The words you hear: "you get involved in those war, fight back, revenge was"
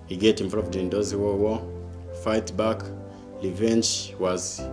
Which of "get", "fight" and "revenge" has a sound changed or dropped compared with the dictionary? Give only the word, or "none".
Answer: revenge